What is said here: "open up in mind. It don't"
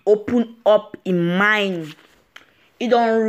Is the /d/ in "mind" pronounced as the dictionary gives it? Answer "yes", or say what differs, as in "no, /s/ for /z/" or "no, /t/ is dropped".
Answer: no, /d/ is dropped